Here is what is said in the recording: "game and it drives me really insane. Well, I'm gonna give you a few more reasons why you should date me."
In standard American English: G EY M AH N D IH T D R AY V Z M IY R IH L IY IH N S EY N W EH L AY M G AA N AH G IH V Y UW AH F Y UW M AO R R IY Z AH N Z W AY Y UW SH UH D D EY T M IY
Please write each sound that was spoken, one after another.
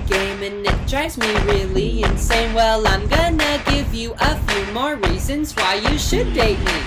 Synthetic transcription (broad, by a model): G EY M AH N IH T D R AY Z M IY R IH L IY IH N S EY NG W EH L AY M G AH N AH G IH V Y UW AH F Y UW M AO R R IY Z AH N Z W AY Y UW SH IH D D EY T M IY